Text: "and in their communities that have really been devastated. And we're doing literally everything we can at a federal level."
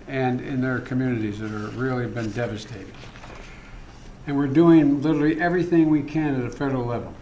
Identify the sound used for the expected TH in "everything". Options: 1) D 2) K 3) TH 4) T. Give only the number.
3